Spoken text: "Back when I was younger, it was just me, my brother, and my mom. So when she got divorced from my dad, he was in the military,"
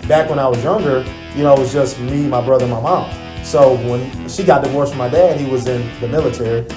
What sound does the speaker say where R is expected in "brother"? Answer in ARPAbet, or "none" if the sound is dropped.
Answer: R